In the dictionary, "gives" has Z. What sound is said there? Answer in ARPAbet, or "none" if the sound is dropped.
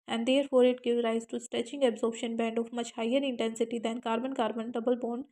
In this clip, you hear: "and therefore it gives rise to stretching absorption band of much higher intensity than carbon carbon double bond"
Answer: none